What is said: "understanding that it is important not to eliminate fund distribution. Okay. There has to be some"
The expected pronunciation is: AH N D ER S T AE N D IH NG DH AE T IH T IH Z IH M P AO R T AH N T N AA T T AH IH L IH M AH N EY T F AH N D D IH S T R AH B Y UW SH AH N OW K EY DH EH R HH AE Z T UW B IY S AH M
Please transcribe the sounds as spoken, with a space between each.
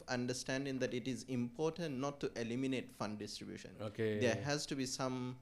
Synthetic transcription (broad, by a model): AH N D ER S T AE N D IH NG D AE T IH T IH Z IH M P AO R T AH N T N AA T T AH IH L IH M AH N EY T F AH N D D IH S T R AH B Y UW SH AH N OW K EY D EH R HH AE Z T UW B IY S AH M